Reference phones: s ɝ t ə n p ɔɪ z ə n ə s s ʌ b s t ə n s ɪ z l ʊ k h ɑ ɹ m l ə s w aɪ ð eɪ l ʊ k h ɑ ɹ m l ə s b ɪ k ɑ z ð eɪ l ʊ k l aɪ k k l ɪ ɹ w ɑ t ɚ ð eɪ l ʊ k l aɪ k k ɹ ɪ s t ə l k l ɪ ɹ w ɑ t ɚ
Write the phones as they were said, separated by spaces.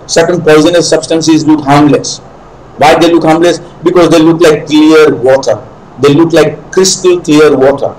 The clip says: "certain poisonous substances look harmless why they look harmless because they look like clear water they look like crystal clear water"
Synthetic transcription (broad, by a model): s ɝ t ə n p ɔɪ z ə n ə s s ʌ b s t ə n s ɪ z l ʊ k h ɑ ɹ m l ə s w aɪ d eɪ l ʊ k h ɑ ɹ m l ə s b ɪ k ɑ z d eɪ l ʊ k l aɪ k k l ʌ ɹ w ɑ t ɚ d eɪ l ʊ k l aɪ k k ɹ ɪ s t ə l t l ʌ ɹ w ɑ t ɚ